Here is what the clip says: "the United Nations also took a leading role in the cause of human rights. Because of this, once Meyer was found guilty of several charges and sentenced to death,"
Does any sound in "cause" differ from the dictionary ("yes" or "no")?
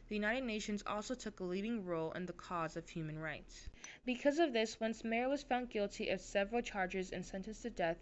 no